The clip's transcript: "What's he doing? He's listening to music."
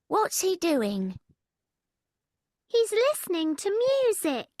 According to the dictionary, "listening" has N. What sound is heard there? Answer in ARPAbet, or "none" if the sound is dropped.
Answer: N